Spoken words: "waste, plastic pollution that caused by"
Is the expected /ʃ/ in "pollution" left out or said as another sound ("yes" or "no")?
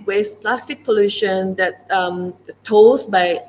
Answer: no